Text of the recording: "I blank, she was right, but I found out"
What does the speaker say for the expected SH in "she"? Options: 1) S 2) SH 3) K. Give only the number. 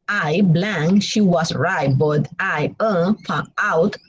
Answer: 2